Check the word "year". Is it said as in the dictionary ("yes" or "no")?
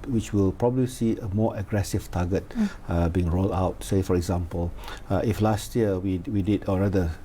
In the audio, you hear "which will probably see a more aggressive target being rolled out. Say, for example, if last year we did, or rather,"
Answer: no